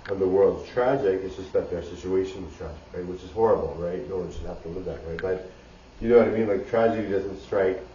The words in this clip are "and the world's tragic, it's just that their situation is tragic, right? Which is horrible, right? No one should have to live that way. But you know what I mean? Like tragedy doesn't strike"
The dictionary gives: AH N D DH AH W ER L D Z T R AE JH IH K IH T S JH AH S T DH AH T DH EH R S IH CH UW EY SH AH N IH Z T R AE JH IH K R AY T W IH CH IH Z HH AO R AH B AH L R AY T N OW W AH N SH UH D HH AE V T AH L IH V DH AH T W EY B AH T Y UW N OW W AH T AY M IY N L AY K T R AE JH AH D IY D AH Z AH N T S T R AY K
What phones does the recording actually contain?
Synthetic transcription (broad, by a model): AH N DH AH W ER L D Z T R AE JH IH K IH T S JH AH S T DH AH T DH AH R S IH CH UW EY SH AH N IH Z T R AE JH IH K R AY T W IH CH IH Z HH AO R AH B L R AY T N OW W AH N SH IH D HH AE F T AH L IH V DH AH T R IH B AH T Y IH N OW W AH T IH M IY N L AY K T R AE JH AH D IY D AH Z AH N T S T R AY K